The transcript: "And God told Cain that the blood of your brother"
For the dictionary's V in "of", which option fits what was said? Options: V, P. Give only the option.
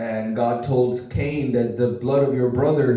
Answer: V